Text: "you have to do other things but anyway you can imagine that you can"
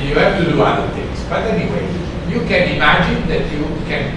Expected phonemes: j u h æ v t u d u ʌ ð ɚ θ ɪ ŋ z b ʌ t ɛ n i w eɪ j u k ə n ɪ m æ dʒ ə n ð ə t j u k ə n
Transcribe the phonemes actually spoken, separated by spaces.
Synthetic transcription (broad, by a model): j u h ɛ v t u d u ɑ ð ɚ t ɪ ŋ s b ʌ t ɛ n i w eɪ j u k ə n ɪ m æ dʒ ə n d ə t j u k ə n